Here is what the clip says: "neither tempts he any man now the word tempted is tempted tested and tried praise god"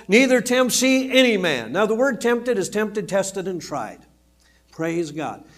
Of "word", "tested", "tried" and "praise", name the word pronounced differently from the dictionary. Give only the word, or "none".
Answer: none